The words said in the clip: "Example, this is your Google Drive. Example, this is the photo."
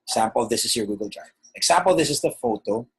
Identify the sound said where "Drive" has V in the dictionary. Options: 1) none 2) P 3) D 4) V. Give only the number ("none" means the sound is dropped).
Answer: 1